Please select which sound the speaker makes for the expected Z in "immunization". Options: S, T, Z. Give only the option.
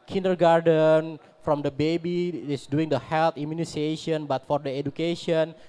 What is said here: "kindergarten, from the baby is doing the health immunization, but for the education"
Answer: S